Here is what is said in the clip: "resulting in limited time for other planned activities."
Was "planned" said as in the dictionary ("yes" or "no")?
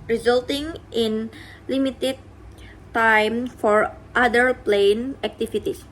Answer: no